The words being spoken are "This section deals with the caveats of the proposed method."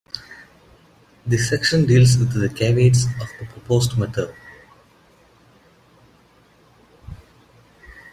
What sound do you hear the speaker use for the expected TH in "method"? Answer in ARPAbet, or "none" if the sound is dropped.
T